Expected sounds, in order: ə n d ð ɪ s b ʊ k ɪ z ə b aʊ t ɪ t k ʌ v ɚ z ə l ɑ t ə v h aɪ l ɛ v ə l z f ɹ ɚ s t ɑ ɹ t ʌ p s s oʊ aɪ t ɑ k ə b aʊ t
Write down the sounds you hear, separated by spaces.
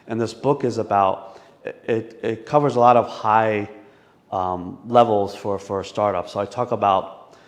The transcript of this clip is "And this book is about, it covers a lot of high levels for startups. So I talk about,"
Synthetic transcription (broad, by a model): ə n ð ɪ s b ʊ k ɪ z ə b aʊ t ɪ t k ʌ v ɚ z ə l ɑ t ə v h aɪ l ɛ v l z f ɹ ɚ s t ɑ ɹ t ʌ p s s oʊ aɪ t ɑ k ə b aʊ t